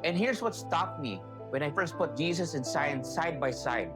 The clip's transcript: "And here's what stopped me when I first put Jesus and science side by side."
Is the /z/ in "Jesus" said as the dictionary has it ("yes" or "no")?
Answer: no